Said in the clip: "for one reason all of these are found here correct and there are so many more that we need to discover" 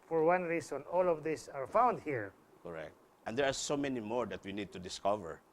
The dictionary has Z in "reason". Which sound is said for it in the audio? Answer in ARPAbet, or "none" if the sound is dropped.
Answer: S